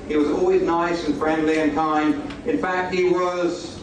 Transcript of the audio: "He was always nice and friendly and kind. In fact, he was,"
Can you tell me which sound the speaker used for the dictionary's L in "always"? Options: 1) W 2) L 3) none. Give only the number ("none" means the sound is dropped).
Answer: 2